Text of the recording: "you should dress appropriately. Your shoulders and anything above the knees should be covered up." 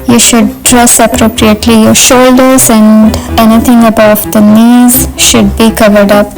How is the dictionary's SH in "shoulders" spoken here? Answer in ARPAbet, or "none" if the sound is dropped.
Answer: SH